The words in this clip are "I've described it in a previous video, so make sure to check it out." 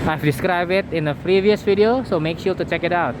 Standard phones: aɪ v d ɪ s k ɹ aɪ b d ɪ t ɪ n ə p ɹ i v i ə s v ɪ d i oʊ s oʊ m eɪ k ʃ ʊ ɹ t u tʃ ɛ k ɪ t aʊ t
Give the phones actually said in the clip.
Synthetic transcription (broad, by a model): aɪ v d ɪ s k ɹ aɪ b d ɪ t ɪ n ə p ɹ i v i ə s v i d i oʊ s oʊ m eɪ k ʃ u t u tʃ ɛ k ɪ t aʊ t